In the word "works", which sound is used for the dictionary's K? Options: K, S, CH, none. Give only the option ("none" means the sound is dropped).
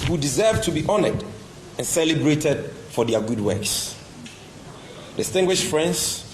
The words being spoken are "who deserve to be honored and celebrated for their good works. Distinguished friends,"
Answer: none